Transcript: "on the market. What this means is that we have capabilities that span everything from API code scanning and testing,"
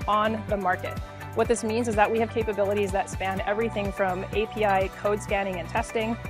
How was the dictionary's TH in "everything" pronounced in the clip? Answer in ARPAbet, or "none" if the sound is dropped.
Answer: TH